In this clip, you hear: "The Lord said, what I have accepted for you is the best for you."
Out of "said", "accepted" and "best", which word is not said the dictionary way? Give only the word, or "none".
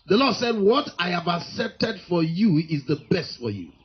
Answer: none